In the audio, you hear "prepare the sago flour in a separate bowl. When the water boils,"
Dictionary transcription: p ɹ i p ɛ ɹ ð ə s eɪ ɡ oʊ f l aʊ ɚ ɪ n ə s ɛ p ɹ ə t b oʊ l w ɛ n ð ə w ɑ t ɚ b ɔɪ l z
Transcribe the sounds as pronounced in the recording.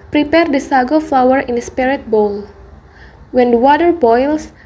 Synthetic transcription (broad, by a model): p ɹ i p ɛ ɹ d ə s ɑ ɡ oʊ f l aʊ ɚ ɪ n ə s p ɹ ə t b oʊ l w ɛ n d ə w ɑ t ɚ b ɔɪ l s